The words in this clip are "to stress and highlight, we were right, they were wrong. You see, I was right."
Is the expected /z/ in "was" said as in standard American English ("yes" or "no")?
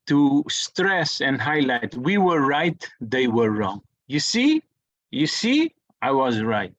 yes